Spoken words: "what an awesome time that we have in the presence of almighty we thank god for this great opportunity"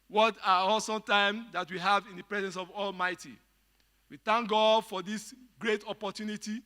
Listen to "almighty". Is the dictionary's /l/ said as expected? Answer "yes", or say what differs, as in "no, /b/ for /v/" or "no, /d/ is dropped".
yes